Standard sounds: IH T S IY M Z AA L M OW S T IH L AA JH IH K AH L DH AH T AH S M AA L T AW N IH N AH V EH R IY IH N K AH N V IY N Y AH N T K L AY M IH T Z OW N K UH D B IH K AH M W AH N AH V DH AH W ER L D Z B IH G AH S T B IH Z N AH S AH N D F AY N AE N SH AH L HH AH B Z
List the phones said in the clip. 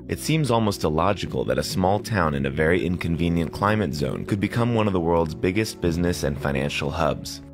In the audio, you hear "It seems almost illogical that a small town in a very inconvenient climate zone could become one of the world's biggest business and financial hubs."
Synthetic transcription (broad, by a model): IH T S IY M Z AA L M OW S T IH L AA JH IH K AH L DH AH T AH S M AA L T AW N IH N AH V EH R IY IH N K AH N V IY N Y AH N K L AY M IH T Z OW N K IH D B IH K AH M W AH N AH V DH AH W ER L D Z B IH G AH S T B IH Z N AH S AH N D F AY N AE N SH L HH AH B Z